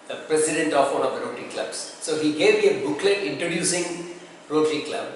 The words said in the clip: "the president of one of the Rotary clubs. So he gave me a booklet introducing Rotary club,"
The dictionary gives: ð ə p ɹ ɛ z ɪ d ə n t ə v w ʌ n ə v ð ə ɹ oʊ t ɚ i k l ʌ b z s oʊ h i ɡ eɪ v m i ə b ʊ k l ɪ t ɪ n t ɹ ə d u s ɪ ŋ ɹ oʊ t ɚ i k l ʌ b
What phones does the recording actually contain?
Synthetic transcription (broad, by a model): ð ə p ɹ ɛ s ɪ d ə n t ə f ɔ l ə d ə ɹ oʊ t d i k l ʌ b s s oʊ h i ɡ eɪ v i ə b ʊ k l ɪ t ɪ n t ɹ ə d u s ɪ ŋ ɹ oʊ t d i k l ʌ b